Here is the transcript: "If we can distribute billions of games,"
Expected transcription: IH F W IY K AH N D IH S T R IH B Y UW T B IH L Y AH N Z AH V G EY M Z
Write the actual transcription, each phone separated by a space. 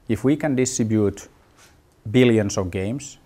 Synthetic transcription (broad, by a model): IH F W IY K AH N D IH S T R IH B Y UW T B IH L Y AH N S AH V G EY M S